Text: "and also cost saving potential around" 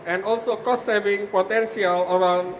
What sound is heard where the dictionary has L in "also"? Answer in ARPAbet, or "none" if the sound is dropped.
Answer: L